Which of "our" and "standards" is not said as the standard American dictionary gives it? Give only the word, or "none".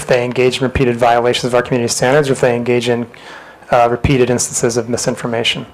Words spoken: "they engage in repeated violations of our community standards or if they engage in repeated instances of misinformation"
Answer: none